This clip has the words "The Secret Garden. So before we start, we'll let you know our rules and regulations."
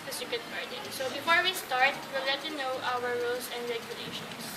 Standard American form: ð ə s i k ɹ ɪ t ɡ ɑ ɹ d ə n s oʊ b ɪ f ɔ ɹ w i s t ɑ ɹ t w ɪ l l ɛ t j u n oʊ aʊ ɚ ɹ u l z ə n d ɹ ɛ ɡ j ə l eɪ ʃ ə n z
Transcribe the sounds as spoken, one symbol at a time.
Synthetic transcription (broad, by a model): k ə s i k ɪ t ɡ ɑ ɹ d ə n s oʊ b ɪ f ɔ ɹ w i s t ɑ ɹ t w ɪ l l ɛ t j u n oʊ aʊ ɚ ɹ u l s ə n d ɹ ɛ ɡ j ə l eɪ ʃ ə n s